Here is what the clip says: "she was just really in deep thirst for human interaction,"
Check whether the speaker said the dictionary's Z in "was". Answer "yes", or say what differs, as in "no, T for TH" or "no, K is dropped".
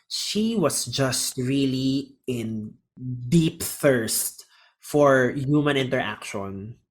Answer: no, S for Z